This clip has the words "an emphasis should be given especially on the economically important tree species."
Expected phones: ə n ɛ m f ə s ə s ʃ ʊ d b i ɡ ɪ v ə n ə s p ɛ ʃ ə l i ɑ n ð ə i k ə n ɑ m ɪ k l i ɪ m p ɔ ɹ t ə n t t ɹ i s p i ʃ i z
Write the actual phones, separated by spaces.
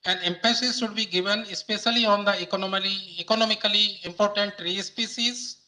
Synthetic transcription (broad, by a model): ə n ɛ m p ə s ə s ʃ ʊ d b i ɡ ɪ v ə n ə s p ɛ ʃ ə l i ɑ n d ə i k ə n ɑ m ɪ k l i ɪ m p ɔ ɹ t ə n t t ɹ i s p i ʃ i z